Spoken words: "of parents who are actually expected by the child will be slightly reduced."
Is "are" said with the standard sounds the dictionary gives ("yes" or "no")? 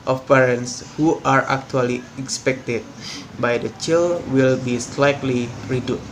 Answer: yes